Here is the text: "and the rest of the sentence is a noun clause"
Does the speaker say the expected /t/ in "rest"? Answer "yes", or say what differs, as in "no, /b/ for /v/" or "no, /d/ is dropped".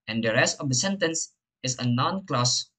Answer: yes